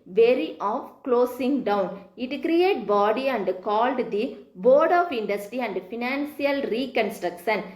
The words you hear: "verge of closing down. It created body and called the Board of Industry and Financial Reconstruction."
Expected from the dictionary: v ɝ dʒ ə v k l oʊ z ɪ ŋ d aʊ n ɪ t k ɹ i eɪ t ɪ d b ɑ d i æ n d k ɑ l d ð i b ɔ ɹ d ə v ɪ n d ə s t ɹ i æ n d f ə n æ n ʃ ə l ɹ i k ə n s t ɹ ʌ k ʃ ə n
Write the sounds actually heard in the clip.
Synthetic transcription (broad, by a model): v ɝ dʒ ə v k l oʊ s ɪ ŋ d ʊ n ɪ t k ɹ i eɪ t b ɑ d i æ n d k ɑ l d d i b ɔ ɹ d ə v ɪ n d ə s t ɹ i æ n d f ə n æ n s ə l ɹ i k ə n s t ɹ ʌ k ʃ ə n